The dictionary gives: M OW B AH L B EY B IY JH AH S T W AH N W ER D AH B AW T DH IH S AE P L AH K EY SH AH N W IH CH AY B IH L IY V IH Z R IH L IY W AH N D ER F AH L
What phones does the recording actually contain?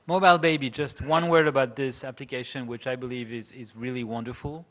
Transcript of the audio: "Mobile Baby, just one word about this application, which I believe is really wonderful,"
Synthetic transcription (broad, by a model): M OW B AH L B EY B IY JH AH S T W AH N W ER AH B AW T DH IH S AE P L AH K EY SH AH N W IH CH AY B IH L IY V IH Z R IH L IY W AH N D ER F L